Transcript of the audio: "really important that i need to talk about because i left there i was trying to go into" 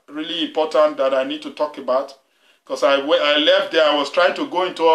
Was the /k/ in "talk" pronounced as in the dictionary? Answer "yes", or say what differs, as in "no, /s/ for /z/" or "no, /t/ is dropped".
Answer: yes